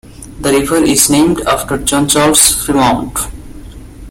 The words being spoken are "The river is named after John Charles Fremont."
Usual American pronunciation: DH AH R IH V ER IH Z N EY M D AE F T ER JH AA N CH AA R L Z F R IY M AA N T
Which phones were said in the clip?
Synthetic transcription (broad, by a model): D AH R IH V ER IH Z N EY M D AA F T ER JH AA N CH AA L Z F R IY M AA N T